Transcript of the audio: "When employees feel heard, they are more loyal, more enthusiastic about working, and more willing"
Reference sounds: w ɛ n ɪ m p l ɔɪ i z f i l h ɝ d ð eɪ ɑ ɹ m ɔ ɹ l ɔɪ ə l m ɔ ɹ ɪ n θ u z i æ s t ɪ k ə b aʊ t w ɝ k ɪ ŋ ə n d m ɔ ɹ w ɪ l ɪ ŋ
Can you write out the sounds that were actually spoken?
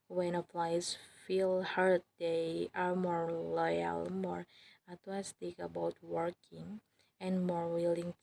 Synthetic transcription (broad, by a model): w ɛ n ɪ p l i s f i l h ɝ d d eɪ ɑ ɹ m ɔ ɹ l ɔɪ ə l m ɔ ɹ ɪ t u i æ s t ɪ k ə b aʊ t w ɝ k ɪ ŋ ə n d m ɔ ɹ w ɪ l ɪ ŋ